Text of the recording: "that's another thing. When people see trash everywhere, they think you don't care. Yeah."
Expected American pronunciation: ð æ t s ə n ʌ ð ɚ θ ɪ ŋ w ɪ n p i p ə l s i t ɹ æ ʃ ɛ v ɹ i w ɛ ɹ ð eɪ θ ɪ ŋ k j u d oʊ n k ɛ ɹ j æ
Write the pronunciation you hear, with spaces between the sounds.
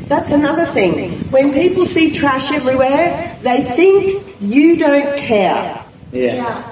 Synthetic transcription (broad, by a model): ð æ t s ə n ʌ ð ɚ θ ɪ ŋ w ɪ n p i p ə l s i t ɹ æ ʃ ɛ v ɹ i w ɛ ɹ ð eɪ θ ɪ ŋ k j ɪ d oʊ n k ɛ ɹ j